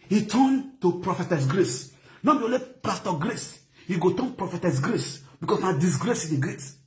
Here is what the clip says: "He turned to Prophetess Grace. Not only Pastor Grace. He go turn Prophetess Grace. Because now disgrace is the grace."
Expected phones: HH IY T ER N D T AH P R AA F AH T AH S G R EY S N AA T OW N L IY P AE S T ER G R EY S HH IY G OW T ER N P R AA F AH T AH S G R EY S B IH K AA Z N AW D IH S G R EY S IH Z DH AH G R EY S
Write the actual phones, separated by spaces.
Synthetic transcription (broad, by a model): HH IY T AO N T AH P R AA F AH T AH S G R EY S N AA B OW L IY P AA S T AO G R EY S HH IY G OW T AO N P R AA F AH T AH S G R EY S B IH K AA S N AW D IH S G R EY S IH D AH G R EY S